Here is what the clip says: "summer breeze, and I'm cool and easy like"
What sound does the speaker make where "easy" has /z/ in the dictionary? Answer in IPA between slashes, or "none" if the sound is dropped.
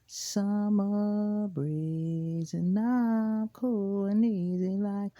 /z/